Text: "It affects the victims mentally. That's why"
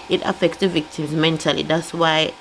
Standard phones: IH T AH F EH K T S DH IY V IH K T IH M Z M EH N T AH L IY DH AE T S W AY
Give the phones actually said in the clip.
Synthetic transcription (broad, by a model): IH T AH F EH K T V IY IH K T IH M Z M EH N T AH L IY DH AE T S W AY